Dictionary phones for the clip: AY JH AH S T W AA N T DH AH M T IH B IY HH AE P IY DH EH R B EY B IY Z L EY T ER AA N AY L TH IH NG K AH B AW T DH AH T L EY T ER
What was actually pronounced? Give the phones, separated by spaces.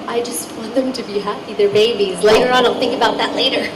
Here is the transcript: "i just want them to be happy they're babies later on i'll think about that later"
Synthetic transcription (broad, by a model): AY JH AH S T W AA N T DH AH M T IH B IY HH AE P IY DH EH R B EY B IY Z L EY T ER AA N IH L TH IH NG K AH B AW T DH AH T L EY T ER